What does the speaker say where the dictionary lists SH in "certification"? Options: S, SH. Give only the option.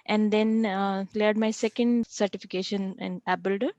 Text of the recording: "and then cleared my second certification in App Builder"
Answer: SH